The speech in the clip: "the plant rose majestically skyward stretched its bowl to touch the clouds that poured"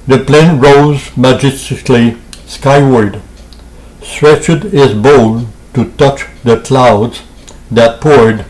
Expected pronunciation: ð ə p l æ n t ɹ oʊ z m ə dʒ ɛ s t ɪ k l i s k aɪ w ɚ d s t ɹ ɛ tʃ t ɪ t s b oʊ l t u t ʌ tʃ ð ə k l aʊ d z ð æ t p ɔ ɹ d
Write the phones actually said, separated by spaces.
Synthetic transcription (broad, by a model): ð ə p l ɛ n ɹ oʊ z m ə dʒ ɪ s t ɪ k l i s k aɪ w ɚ d s t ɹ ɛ tʃ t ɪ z b oʊ l t u t ʌ tʃ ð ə k l aʊ d z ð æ t p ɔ ɹ d